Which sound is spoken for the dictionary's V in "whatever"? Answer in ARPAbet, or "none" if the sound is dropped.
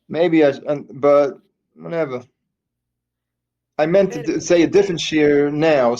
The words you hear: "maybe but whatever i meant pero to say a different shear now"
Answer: V